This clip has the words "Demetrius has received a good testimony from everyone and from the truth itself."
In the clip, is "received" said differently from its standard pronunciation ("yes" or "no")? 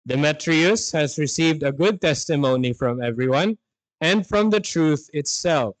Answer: no